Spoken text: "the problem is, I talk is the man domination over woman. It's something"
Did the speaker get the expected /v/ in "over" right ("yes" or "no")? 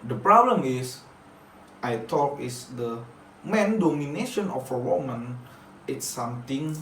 no